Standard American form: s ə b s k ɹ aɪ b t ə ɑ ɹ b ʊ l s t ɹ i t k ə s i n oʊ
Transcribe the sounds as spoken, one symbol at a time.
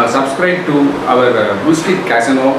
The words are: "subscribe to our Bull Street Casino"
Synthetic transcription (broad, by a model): s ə b s k ɹ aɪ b t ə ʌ ɹ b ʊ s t i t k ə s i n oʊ